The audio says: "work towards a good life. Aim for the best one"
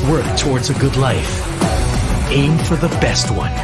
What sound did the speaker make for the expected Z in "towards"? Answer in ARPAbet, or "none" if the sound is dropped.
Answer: Z